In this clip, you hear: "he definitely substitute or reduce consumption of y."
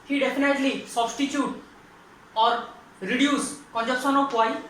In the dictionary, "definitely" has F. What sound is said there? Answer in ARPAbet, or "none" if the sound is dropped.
P